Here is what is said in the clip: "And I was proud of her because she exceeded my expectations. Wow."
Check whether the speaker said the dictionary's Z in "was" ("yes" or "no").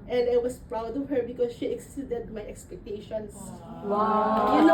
no